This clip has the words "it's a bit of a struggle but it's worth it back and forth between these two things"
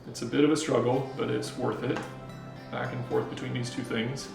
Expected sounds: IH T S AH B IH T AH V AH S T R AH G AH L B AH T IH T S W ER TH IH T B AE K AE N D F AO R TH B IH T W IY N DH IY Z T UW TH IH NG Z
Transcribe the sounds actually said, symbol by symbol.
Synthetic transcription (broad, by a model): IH T S AH B IH T AH V AH S T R AH G L B AH T IH T S W ER TH IH T B AE K N F AO R TH B IH T W IY N DH IY Z T UW TH IH NG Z